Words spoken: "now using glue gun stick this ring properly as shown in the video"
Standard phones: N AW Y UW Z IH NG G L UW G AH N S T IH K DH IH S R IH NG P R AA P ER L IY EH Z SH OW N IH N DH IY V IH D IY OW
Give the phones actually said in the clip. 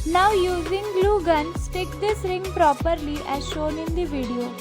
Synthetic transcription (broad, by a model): N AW Y UW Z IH NG G L UW G AH N S T IH K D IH S R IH NG P R AA P ER L IY EH Z SH OW N IH N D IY V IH D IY OW